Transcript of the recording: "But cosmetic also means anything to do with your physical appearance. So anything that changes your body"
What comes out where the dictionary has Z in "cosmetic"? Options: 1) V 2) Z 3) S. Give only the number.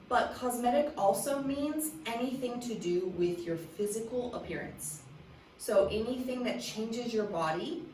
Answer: 2